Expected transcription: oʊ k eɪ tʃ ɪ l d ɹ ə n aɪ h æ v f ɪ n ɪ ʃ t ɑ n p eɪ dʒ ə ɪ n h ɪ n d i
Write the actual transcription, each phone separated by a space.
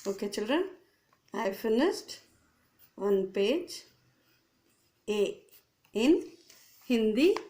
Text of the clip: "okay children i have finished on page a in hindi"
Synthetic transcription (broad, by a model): oʊ k eɪ tʃ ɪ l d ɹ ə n aɪ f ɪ n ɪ s t ɑ n p eɪ dʒ ə ɪ n h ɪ n d i